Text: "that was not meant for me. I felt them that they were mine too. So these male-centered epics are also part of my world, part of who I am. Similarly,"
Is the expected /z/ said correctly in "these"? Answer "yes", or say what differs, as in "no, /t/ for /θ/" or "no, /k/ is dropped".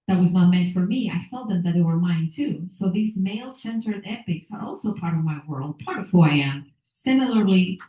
yes